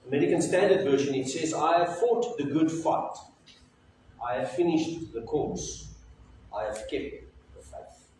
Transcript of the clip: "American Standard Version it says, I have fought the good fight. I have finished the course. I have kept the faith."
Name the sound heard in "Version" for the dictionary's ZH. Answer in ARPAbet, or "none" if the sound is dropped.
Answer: SH